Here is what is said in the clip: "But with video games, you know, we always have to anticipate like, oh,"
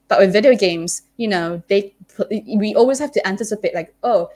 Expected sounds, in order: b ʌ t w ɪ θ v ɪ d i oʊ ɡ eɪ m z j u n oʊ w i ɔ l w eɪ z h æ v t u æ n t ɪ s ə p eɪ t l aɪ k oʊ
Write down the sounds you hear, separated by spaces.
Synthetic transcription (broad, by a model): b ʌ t w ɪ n v ɪ d i oʊ ɡ eɪ m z j u n oʊ w i ɔ l w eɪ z h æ f t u æ n t ɪ s ə p eɪ t l aɪ k oʊ